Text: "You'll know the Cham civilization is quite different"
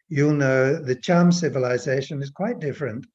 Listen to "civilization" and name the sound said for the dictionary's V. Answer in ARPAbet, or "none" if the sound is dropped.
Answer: V